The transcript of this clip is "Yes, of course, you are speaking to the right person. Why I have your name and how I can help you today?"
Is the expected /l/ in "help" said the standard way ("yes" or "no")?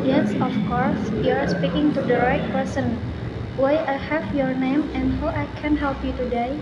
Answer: yes